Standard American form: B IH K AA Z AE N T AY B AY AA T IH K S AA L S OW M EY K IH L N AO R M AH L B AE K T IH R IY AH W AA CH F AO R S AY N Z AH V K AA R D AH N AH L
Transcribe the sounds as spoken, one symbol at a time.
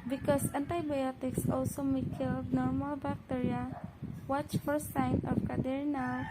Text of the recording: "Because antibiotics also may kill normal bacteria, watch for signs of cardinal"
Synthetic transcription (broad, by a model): B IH K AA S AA N T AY B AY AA T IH K S AA L S OW M EY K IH L N AO R M AH L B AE K T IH R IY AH W AA CH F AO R S AY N AH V K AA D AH N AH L